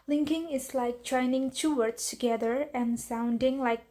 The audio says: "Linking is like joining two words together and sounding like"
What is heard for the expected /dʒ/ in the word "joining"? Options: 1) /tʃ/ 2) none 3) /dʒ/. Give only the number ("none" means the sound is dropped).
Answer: 1